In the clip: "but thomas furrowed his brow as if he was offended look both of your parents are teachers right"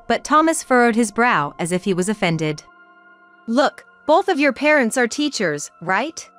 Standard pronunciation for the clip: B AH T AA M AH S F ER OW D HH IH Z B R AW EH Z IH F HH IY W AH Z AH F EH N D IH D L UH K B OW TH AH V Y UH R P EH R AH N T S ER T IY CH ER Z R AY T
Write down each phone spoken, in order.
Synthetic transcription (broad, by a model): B AH T AA M AH S F ER OW D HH IH Z B R AW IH Z IH F HH IY W AH Z AH F EH N D IH D L UH K B OW TH AH V Y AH R P EH R AH N T S ER T IY CH ER Z R AY T